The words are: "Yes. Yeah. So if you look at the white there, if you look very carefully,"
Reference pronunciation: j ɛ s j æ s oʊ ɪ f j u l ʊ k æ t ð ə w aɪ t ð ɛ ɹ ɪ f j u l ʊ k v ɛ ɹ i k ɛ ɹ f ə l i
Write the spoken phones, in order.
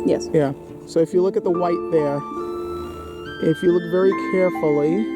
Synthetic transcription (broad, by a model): j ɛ s j æ s oʊ ɪ f j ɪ l ʊ k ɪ t ð ə w aɪ t ð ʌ ɹ ɪ f j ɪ l ʊ k v ɛ ɹ i k ɛ ɹ f l i